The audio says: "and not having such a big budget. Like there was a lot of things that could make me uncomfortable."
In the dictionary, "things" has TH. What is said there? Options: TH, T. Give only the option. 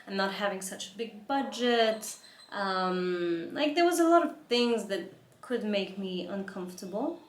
TH